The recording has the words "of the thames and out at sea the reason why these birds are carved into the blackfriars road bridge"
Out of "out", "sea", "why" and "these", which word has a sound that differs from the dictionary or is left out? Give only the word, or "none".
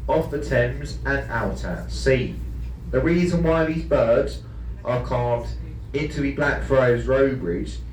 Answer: none